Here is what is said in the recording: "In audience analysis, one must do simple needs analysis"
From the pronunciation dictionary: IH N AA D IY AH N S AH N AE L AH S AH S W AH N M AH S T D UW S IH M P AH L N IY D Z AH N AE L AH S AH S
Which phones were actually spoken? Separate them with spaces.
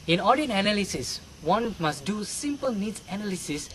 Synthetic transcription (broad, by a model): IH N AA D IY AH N AH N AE L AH S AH S W AH N M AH S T D UW S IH M P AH L N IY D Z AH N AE L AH S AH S